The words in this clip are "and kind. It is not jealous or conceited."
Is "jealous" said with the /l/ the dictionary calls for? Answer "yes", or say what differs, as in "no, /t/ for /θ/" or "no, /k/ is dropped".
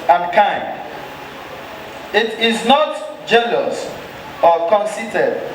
no, /n/ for /l/